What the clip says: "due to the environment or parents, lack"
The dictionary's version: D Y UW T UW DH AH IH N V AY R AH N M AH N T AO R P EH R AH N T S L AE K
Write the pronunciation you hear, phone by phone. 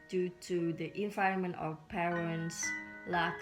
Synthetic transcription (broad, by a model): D Y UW T UW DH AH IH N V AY AH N M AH N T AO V P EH R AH N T S L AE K